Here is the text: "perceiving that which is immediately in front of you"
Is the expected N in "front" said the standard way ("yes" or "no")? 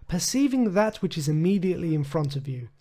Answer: yes